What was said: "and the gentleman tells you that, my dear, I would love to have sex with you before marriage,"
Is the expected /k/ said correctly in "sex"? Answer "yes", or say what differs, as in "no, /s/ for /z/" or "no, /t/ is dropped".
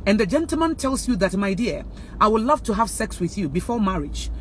yes